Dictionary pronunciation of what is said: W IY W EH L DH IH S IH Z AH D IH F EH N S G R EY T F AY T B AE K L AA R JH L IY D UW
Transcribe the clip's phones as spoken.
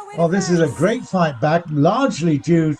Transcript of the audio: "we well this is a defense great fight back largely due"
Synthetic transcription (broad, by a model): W W EH L DH IH S IH Z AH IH G R EY T F AY T B AE K L AA R JH L IY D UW